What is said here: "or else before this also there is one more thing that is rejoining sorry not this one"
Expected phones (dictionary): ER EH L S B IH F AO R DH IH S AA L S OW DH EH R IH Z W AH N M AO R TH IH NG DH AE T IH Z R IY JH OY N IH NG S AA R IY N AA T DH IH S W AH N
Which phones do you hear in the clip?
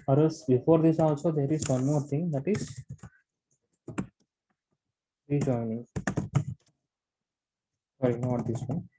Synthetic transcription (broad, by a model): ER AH S B IH F AO R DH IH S AA L S OW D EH R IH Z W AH N M AO R T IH NG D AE T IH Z R IY JH OY N IH NG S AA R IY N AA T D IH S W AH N